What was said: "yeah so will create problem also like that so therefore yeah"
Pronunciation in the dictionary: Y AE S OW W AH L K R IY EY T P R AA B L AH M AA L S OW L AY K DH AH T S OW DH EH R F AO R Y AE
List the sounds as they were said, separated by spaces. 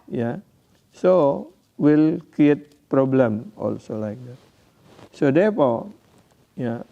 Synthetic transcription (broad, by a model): Y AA S OW W AH L K R IY EY T P R AA B L AH M AA L S OW L AY K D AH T S OW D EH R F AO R Y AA